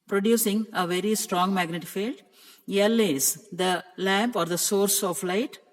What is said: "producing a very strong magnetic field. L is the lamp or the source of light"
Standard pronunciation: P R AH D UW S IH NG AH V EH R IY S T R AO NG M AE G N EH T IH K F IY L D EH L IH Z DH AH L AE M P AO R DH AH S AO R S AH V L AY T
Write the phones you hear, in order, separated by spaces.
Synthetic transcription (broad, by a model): P R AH D UW S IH NG AH V EH R IY S T R AO NG M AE G N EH T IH F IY L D EH L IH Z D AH L AE M P AO R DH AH S AO R S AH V L AY T